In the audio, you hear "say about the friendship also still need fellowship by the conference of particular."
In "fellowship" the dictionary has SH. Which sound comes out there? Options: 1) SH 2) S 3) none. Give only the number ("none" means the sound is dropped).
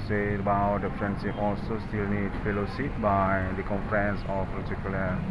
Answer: 2